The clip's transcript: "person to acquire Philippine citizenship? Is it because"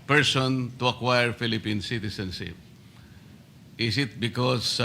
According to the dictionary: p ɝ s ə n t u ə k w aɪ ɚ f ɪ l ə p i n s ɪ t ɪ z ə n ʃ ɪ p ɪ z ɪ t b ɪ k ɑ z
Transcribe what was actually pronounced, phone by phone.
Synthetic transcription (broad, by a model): p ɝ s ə n t u ə k w aɪ ɚ f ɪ l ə p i n s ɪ t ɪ s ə n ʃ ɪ p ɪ s ɪ t b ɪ k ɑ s